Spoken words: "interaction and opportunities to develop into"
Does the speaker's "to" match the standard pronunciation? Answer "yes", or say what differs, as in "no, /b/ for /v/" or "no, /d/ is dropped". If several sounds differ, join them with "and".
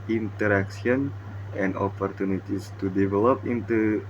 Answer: yes